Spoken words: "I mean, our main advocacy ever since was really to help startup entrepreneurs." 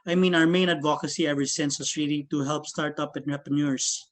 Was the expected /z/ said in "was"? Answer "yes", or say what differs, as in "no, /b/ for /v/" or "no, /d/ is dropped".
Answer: no, /s/ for /z/